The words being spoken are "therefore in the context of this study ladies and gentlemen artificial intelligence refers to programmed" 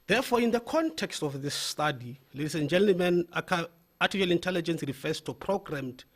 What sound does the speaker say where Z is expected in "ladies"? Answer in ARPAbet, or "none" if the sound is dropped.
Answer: S